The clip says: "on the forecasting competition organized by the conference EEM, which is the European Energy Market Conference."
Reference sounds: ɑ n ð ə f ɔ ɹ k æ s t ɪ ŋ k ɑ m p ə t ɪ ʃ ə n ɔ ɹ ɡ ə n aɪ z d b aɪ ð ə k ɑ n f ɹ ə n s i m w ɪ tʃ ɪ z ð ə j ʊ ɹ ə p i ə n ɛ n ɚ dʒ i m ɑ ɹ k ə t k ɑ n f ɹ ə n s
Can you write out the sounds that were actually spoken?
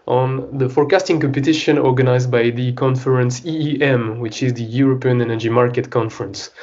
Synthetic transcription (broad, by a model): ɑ n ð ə f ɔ ɹ k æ s t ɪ ŋ k ɑ m p ə t ɪ ʃ ə n ɔ ɹ ɡ ə n aɪ z d b aɪ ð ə k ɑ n f ɹ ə n s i m w ɪ tʃ ɪ z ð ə j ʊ ɹ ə p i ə n ɛ n ɚ dʒ i m ɑ ɹ k ə t k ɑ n f ɹ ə n s